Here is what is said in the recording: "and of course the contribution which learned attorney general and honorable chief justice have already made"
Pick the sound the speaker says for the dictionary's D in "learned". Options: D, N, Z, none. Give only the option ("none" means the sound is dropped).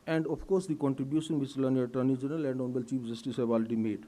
none